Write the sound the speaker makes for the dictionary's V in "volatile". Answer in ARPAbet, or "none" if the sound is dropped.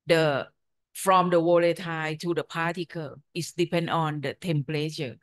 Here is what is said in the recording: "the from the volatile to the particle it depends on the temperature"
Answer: W